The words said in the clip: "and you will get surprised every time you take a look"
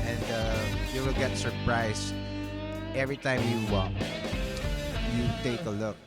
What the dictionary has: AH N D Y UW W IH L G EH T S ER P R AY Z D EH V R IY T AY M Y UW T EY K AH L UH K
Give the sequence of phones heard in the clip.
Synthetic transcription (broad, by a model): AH N D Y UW W IH L G EH T S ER P R AY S EH V R IY T AY M Y UW T EY K AH L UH K